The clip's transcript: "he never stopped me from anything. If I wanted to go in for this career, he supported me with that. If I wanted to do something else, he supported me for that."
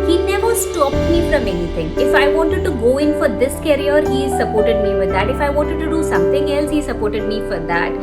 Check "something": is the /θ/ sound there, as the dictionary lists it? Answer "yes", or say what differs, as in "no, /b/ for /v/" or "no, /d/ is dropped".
no, /t/ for /θ/